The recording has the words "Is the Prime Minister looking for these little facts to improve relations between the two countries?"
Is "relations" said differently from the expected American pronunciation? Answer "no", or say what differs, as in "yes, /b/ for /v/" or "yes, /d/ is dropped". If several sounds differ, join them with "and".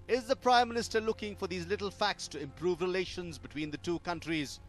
no